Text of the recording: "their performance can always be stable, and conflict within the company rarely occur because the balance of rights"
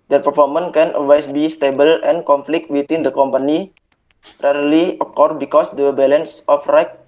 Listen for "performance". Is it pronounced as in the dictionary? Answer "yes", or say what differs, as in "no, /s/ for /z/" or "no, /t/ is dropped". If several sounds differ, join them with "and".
no, /s/ is dropped